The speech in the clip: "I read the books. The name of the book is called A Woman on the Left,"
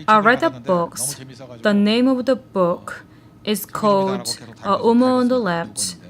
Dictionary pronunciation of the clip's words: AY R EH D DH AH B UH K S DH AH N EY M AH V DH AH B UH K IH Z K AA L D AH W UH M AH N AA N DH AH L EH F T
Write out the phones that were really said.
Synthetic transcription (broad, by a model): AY R EH D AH B UH K S DH AH N EY M AH V DH AH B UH K IH Z K AA L D AH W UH M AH AH N DH AH L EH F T